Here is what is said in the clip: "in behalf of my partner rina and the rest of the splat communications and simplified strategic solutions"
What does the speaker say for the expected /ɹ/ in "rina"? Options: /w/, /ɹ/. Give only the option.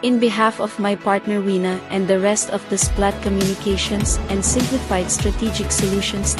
/w/